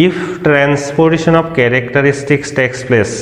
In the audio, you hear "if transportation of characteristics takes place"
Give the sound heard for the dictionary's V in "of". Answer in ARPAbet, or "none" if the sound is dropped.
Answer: B